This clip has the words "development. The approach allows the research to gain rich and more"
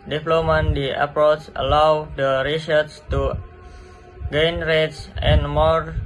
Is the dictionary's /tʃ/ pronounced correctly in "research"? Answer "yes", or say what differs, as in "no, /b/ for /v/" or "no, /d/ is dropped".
no, /s/ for /tʃ/